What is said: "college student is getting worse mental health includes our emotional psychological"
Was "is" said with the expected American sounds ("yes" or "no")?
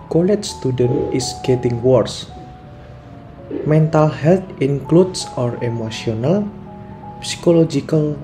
no